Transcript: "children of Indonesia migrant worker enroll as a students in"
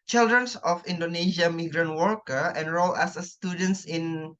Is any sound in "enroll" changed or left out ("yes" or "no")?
no